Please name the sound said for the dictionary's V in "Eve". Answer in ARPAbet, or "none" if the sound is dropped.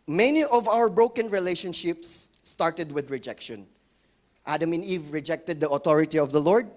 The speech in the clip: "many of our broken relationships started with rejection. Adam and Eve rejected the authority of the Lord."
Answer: V